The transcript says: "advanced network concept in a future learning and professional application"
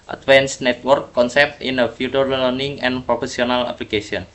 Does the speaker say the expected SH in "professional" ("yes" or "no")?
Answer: no